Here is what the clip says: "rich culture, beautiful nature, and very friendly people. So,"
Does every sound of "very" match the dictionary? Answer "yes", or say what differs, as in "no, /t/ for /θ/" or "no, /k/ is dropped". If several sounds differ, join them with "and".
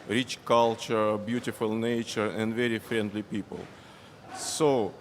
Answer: yes